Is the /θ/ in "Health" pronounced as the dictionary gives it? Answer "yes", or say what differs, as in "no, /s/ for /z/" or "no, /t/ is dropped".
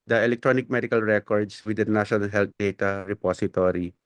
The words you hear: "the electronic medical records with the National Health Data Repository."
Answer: no, /t/ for /θ/